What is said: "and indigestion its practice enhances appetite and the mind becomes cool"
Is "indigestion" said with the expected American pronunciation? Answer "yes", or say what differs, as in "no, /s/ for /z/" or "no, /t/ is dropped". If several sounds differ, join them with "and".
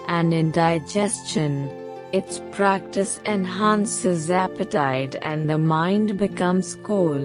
yes